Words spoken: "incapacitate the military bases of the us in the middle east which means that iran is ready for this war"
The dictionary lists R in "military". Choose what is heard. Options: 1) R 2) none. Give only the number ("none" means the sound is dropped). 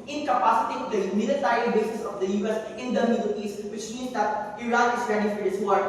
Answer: 2